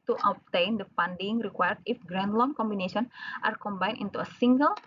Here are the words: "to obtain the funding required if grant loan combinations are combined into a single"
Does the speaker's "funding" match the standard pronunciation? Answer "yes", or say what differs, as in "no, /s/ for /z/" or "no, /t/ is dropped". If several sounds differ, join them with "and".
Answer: no, /p/ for /f/